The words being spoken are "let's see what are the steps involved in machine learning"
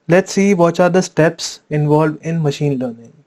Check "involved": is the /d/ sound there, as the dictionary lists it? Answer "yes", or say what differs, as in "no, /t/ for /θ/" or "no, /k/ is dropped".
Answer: no, /d/ is dropped